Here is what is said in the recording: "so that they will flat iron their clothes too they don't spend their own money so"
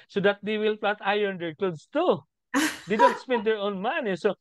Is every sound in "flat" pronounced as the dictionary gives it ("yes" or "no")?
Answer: no